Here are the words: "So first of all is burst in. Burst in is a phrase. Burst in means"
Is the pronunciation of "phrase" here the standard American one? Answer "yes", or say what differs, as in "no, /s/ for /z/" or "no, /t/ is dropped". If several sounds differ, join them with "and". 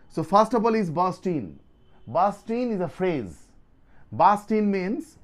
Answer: yes